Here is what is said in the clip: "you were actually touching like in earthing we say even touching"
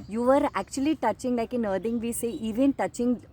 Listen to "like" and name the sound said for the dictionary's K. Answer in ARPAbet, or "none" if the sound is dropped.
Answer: K